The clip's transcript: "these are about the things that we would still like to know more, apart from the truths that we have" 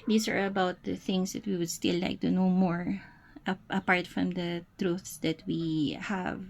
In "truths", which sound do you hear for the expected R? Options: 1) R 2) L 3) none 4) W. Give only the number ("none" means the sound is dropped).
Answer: 1